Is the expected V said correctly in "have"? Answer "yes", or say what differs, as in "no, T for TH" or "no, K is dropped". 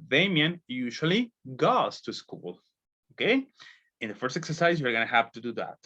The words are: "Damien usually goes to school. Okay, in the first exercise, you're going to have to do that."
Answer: no, P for V